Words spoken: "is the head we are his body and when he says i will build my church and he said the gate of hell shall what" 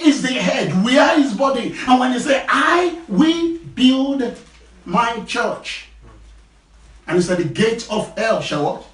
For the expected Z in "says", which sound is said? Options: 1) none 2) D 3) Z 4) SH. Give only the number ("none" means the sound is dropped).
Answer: 1